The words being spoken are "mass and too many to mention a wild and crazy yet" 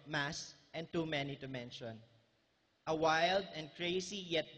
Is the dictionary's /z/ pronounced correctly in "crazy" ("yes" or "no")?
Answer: no